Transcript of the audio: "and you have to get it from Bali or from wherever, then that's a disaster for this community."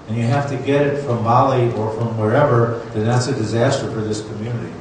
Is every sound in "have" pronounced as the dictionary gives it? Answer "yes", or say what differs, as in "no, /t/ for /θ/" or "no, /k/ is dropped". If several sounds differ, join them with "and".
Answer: no, /f/ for /v/